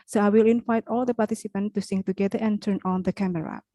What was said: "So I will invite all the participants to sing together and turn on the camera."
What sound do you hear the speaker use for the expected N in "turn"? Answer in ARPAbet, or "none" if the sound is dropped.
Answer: N